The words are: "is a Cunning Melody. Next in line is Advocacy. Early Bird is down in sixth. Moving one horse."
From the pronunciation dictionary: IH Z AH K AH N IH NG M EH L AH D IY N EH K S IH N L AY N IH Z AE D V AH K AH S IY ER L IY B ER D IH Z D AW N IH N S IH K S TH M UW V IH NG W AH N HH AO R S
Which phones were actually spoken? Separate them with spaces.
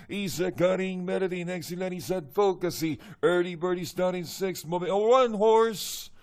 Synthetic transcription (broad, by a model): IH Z AH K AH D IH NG M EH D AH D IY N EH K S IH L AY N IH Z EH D F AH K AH S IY ER L IY B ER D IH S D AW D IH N S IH K S T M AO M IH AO W AH N HH AO R S